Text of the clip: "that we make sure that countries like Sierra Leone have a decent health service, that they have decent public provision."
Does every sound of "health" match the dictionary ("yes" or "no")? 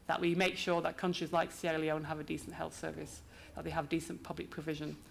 yes